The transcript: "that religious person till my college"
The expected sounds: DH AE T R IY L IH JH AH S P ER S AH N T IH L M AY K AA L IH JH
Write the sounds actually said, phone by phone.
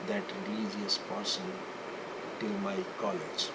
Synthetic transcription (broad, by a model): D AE T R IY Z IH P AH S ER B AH L T IH L M AY K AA L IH JH